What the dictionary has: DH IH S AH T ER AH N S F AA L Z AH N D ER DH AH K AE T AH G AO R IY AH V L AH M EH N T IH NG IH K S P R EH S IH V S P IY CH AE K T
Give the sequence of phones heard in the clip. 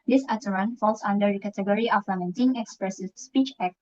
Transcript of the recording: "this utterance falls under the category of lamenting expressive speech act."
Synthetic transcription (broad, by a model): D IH S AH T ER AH N F AA L S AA N D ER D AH K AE T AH G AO R IY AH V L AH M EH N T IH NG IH K S P R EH S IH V S P IY CH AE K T